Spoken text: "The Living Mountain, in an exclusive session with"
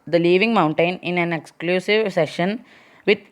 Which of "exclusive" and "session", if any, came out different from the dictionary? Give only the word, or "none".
none